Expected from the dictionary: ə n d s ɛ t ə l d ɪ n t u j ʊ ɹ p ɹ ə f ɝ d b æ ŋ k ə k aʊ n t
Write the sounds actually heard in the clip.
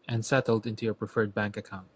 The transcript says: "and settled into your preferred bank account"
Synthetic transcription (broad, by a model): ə n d s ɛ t l d ɪ n t u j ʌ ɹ p ɹ ə f ɝ d b æ ŋ k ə k aʊ n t